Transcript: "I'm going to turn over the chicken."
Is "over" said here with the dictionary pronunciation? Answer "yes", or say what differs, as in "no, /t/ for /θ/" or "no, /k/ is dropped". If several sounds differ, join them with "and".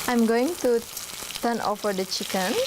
no, /f/ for /v/